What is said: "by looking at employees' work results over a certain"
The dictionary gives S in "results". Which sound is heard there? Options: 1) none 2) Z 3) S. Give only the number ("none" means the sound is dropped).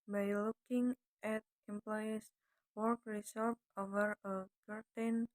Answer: 1